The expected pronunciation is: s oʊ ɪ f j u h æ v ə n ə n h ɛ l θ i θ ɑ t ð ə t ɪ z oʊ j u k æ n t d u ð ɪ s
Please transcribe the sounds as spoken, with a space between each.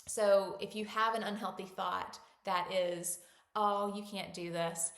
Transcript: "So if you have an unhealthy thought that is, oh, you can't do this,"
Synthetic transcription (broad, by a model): s oʊ ɪ f j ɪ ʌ v ə n ə n h ɛ l θ i θ ɑ t ð ə t ɪ z oʊ j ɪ k æ n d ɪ ð ɪ s